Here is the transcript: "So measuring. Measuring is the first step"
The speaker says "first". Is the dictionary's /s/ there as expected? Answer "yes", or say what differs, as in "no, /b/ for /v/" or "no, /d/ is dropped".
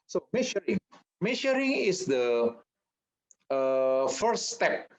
no, /s/ is dropped